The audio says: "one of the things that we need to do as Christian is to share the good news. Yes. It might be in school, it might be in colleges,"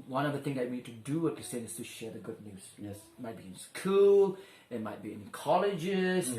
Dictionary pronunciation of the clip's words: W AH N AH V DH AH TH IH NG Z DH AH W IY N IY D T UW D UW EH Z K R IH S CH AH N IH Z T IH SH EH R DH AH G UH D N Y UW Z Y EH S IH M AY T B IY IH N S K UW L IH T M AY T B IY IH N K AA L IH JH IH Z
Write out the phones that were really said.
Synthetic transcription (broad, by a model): W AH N AH V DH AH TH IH NG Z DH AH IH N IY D T UW D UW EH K IH S AH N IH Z T IH SH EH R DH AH G UH D N Y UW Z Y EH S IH M AY T B IY IH N S K UW L IH T M AY T B IY IH N K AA L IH JH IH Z